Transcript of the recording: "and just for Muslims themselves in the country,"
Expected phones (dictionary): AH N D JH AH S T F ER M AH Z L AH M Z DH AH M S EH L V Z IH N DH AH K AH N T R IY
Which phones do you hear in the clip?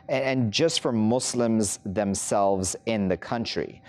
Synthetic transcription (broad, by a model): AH N JH AH S T F ER M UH S L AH M Z DH AH M S EH L V Z IH N DH AH K AH N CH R IY